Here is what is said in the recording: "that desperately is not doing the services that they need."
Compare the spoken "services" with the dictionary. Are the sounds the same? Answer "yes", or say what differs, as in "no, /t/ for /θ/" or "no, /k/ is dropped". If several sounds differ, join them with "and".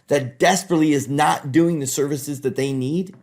yes